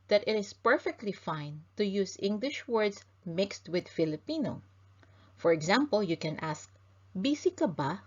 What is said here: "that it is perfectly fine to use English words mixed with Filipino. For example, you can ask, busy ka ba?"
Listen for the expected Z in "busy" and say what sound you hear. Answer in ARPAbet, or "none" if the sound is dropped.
S